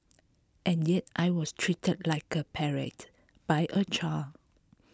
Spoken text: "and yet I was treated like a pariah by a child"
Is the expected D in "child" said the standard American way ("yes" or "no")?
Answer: no